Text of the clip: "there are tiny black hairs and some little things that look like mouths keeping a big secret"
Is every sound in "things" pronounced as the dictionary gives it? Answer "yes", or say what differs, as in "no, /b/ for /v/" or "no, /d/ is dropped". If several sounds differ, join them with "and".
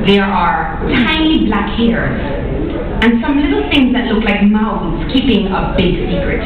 yes